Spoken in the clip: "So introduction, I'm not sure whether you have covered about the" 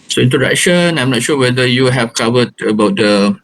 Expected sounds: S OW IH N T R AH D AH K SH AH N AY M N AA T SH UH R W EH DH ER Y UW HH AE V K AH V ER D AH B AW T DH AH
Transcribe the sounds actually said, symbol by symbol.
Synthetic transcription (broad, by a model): S OW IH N T AH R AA SH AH N AY M N AA T SH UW W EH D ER Y UW HH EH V K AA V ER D AH B AW T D AH